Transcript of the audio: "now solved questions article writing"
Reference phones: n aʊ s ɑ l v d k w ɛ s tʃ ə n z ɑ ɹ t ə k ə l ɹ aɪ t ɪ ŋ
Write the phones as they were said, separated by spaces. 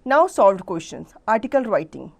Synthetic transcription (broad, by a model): n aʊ s ɑ l v d k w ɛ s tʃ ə n s ɑ ɹ t ə k ə l ɹ aɪ t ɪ ŋ